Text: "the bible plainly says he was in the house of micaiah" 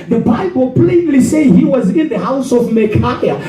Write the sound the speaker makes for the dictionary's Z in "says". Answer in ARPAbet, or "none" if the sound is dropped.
none